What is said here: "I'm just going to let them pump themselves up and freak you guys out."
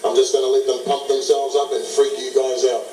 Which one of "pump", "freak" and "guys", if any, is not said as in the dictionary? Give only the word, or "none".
pump